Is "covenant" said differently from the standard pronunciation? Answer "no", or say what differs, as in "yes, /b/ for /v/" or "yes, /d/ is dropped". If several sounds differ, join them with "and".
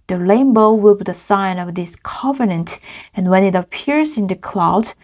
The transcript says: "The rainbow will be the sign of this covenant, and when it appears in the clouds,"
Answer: no